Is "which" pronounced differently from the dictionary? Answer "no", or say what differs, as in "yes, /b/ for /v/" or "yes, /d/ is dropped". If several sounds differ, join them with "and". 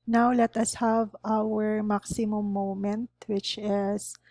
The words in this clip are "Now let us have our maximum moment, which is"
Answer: no